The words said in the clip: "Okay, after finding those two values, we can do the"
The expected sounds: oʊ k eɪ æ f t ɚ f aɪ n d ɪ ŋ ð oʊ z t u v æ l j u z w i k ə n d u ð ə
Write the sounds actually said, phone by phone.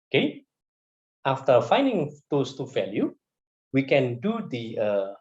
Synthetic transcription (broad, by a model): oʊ k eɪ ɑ f t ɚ f aɪ n d ɪ ŋ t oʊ s t u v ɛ l j u w i k ə n d u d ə